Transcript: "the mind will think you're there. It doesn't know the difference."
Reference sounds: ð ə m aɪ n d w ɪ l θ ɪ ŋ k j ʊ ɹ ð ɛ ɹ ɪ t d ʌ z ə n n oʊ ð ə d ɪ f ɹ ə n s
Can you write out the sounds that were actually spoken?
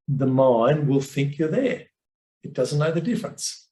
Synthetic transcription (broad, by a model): ð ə m aɪ n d w ɪ l θ ɪ ŋ k j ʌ ɹ ð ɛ ɹ ɪ t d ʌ z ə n n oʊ ð ə d ɪ f ɹ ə n s